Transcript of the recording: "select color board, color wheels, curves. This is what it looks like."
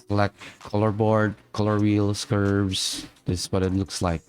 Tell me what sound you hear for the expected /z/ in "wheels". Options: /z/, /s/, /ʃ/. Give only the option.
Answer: /s/